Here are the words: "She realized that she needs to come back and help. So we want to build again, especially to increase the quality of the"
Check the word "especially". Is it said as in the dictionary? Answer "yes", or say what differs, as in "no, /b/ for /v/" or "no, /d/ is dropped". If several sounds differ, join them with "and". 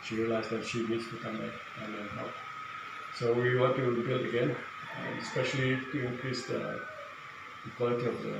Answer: no, /l/ is dropped